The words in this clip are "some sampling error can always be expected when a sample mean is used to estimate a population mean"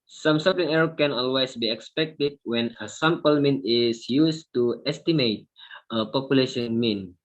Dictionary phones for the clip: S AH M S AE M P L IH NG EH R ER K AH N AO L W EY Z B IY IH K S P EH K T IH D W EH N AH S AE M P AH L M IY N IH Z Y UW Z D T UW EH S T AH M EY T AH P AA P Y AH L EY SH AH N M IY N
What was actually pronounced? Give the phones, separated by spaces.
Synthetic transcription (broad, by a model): S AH M S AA P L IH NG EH R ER K AH N AO L W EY S B IY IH K S P EH K T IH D W EH N AH S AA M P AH L M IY N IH S Y UW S T UW EH S T AH M EY T AH P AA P Y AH L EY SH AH N M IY N